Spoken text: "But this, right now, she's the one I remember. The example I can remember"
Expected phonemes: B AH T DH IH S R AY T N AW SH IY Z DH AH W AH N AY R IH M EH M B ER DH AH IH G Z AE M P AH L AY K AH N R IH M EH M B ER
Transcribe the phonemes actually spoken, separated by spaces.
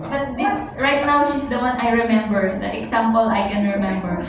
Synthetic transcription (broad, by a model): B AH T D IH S R AY T N AW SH IY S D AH W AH N AY R IH M EH M B ER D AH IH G S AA M P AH L AY K AH N R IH M EH M B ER